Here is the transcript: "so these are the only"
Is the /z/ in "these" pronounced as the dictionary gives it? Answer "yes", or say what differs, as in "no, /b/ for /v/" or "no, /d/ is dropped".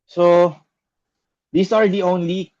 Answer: no, /s/ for /z/